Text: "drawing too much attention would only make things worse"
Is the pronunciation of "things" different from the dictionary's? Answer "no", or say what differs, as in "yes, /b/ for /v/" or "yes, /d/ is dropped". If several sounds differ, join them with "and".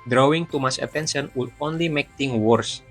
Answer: yes, /t/ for /θ/ and /z/ is dropped